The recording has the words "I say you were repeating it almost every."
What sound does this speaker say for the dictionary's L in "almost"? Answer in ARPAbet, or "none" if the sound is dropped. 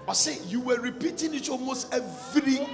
L